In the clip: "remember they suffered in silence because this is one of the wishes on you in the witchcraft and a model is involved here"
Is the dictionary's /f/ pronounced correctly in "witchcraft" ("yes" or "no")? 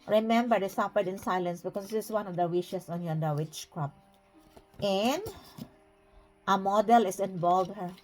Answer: no